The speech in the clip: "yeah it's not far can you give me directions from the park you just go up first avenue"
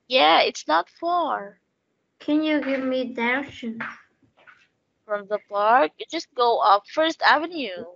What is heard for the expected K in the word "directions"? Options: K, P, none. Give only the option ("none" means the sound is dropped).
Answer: none